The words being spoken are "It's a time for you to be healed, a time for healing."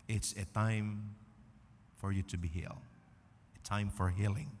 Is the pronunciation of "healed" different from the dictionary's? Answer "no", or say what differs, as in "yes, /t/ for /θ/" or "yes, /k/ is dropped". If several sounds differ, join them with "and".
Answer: yes, /d/ is dropped